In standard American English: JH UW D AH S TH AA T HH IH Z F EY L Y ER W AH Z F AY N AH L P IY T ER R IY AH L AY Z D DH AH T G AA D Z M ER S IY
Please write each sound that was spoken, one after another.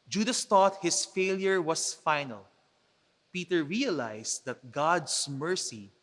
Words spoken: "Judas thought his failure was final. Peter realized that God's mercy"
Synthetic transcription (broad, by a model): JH UW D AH S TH AA T HH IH S F EY L Y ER W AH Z F AY N AH L P IY T ER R IY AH L AY S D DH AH T G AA D S M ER S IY